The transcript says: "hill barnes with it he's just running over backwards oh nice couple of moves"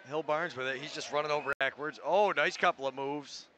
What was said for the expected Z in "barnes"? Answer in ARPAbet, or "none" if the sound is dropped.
Z